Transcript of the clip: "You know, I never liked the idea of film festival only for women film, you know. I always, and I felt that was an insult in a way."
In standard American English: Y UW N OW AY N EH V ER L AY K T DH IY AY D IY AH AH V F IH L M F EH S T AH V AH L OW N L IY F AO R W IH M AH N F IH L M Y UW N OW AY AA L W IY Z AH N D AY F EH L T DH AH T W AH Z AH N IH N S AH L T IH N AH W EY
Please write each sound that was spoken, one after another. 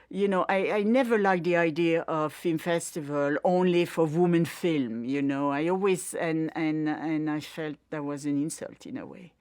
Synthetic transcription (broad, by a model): Y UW N OW AY N EH V ER L AY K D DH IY AY D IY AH AH V F IH L M F EH S T AH V AH L OW N L IY F AO R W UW M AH N F IH L M Y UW N OW AY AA L W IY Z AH N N AY F EH L T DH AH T W AH Z AH N IH N S AH L T IH N AH W EY